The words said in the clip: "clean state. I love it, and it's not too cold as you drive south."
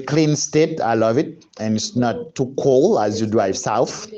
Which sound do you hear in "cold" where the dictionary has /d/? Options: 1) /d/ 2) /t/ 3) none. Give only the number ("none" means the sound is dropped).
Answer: 3